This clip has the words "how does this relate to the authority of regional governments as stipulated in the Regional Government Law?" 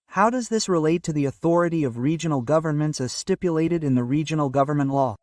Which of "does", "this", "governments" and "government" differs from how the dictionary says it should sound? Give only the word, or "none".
none